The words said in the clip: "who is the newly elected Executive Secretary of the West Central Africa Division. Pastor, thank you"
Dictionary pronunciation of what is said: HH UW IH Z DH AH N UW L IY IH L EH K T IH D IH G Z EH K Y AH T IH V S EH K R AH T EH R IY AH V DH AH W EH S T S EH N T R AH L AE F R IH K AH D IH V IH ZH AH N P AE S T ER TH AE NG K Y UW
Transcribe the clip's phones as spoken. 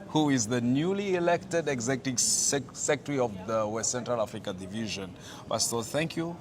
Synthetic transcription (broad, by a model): HH UW IH Z DH AH N UW L IY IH L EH K T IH D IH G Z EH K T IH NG S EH K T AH R IY AH V DH AH W EH S T S EH N T R AH L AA F R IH K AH D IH V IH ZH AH N B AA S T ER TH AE NG K Y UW